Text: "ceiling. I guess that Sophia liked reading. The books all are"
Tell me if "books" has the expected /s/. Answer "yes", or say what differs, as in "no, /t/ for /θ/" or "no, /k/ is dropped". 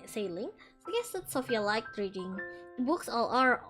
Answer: yes